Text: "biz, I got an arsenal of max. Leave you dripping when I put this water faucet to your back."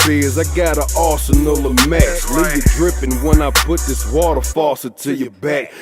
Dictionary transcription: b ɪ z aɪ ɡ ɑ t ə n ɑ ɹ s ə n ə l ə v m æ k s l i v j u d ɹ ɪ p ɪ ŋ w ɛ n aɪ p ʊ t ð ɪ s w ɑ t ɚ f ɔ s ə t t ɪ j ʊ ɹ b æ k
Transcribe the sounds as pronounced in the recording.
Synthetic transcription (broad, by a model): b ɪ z aɪ ɡ ɑ t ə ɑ s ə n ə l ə m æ s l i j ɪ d ɹ ɪ p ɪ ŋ w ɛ n aɪ p ʊ t ð ɪ s w ɑ t ɚ f ɔ s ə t t ɪ j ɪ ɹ b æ k